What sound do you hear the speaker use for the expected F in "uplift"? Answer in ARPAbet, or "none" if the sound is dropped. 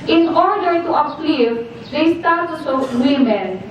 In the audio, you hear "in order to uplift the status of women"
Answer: none